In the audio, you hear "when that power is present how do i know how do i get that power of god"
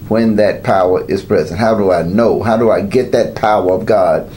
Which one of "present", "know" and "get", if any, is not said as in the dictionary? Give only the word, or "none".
none